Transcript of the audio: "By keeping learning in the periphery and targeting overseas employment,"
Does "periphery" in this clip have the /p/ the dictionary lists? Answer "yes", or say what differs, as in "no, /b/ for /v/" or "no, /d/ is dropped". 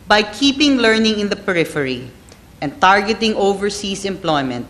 yes